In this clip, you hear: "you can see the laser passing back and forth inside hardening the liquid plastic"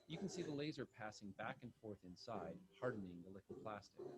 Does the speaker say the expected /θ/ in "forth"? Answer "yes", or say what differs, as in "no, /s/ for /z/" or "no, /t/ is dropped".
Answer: yes